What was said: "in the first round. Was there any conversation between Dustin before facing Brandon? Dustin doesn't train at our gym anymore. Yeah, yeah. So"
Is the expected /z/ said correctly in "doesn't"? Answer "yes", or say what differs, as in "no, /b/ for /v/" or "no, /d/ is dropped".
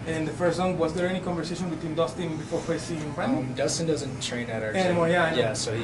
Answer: yes